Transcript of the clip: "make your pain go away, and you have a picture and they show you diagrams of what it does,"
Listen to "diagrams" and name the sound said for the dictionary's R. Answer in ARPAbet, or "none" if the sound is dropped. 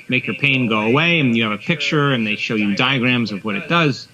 R